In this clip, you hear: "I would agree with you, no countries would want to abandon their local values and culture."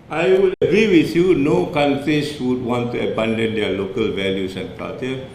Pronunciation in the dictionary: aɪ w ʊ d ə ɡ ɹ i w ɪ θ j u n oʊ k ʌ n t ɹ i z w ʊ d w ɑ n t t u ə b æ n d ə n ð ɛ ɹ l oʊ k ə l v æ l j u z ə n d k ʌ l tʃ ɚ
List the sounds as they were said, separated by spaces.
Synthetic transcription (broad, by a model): aɪ w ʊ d ə ɡ ɹ i w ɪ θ j u n oʊ k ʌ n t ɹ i s w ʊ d w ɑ n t t u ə b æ n d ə n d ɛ l oʊ k ə l v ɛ l j u s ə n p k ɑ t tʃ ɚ